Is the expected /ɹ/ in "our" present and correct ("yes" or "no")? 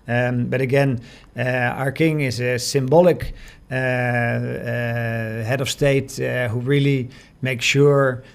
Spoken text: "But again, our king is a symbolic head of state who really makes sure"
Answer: yes